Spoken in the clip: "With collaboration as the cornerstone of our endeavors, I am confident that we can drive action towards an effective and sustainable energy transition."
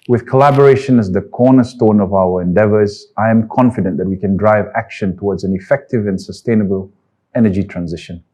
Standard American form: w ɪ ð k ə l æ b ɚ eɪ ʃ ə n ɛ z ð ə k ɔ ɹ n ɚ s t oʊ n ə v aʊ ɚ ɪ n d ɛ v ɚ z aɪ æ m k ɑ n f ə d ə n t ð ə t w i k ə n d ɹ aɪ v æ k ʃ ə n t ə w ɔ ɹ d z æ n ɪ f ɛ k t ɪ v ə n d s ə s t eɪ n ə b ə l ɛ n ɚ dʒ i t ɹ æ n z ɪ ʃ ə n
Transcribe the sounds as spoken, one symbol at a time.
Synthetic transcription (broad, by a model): w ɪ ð k ə l æ b ɚ eɪ ʃ ə n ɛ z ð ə k ɔ n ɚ s t oʊ n ə v aʊ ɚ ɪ n d ɛ v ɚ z aɪ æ m k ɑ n f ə d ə n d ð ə t w i k ə n d ɹ aɪ v æ k ʃ ə n t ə w ɔ d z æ n ɪ f ɛ k t ɪ v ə n s ə s t eɪ n ə b ə l ɛ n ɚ dʒ i t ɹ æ n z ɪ ʃ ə n